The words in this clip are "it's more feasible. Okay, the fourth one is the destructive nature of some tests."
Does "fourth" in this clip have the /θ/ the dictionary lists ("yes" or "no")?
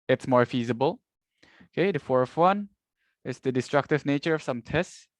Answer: no